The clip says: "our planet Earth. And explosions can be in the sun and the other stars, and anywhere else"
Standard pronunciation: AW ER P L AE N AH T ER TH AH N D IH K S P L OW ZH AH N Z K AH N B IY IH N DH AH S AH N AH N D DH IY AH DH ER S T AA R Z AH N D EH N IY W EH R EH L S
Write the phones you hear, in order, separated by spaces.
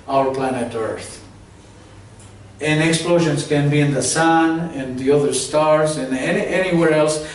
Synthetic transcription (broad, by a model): AW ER P L AE N AH T ER TH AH N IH K S P L OW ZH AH N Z K AH N B IY IH N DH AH S AH N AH N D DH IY AH DH ER S T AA R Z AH N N EH N IY W EH R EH L S